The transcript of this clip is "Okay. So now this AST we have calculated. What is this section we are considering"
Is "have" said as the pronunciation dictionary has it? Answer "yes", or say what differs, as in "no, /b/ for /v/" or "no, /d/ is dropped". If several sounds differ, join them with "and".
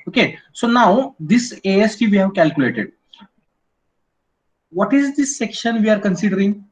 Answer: yes